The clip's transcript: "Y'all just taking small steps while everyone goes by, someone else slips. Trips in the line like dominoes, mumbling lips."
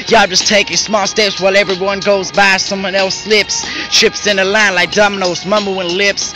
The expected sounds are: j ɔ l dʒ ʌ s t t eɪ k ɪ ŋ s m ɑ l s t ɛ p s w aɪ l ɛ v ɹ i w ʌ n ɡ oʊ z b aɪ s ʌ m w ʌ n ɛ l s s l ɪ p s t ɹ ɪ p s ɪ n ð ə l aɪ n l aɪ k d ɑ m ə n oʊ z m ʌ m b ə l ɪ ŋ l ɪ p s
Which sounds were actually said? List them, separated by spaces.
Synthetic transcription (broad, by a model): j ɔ dʒ ʌ s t t eɪ k ɪ ŋ s m ɑ l s t ɛ p s w aɪ l ɛ v ɹ i w ʌ n ɡ oʊ z b aɪ s ʌ m w ʌ n ɛ l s s l ɪ p s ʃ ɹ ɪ p s ɪ n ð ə l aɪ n l aɪ k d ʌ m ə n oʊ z m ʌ m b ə w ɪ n l ɪ p s